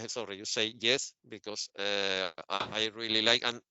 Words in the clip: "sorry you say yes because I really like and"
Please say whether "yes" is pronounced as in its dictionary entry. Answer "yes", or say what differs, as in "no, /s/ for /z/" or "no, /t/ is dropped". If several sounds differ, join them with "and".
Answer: yes